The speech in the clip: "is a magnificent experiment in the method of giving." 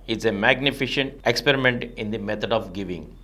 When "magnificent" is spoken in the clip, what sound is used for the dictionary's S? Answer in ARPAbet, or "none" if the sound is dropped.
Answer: SH